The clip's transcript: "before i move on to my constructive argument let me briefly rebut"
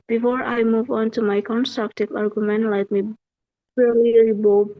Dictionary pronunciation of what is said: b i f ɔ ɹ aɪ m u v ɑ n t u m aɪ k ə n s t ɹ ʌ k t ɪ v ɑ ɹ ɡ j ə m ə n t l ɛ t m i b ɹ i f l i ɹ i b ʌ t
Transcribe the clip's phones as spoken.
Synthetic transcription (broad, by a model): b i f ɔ ɹ aɪ m u v ɑ n t u m aɪ k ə n s t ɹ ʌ k t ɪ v ɑ ɹ ɡ j ə m ə n t l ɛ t m i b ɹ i l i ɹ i b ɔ